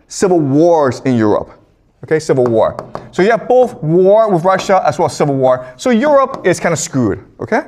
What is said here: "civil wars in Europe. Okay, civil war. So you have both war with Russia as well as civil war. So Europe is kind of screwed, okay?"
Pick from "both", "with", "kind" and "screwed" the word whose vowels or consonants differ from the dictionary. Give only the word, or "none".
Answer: kind